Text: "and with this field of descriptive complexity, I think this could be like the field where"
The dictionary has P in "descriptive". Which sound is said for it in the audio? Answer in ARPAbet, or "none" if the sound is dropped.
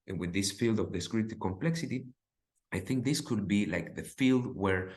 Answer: none